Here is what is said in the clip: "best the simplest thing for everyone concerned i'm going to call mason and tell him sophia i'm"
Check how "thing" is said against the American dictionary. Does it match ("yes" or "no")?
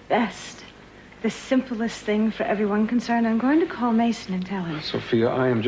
yes